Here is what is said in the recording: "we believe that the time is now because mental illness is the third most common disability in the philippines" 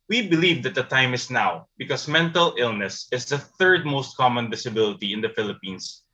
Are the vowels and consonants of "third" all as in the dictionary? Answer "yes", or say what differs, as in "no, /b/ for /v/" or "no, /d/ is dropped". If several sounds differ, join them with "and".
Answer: yes